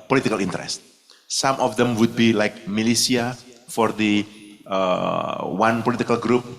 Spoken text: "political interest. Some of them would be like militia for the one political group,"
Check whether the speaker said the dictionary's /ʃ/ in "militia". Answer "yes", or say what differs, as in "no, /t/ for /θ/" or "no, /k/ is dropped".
no, /s/ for /ʃ/